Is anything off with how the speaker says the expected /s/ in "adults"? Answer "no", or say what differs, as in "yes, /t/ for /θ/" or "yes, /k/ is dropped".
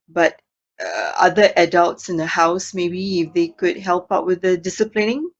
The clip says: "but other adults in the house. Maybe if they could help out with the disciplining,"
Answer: no